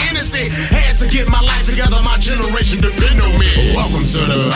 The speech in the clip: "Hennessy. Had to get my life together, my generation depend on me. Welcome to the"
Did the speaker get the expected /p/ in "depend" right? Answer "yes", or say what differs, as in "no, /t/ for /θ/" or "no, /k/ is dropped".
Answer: no, /p/ is dropped